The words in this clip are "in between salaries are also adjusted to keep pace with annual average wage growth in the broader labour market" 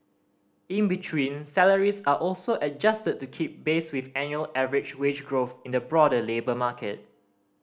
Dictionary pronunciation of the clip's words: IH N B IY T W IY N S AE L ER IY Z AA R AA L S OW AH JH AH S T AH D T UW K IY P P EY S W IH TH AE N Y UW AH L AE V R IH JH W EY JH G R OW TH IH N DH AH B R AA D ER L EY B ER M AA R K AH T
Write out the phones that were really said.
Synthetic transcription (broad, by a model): IH N B IY T W IY N S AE L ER IY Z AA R AA L S OW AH JH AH S T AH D T UW K IY P B EY S W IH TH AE N Y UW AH L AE V R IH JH W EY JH G R OW TH IH N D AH B R AA D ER L EY B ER M AA K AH T